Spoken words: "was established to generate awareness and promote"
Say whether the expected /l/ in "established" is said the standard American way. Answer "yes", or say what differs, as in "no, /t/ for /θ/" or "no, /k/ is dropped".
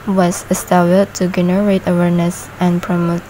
no, /l/ is dropped